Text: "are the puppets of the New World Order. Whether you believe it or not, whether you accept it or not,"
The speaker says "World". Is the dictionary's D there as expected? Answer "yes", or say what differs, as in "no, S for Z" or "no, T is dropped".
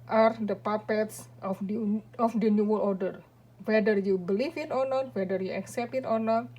no, D is dropped